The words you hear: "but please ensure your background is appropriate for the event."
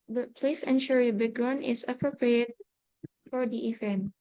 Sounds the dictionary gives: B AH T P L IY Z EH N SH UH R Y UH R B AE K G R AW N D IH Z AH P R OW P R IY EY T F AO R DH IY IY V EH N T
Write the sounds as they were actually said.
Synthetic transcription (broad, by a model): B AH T P L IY S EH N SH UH R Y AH B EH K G R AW N IH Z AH P R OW P R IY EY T F AO R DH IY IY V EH N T